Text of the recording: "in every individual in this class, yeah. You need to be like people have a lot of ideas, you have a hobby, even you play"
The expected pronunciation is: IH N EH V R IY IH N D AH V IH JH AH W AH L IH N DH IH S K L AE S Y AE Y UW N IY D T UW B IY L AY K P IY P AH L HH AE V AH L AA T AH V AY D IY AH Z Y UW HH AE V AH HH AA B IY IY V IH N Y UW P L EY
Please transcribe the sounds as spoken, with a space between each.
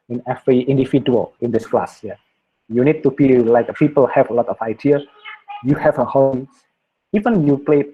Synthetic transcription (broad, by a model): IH N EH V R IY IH N D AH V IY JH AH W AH L IH N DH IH S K L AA S Y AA Y UW N IY D T UW B IY L AY K P IY P AH L HH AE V AH L AA T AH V AY D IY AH Y UW HH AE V AH HH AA IY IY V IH N Y UW P L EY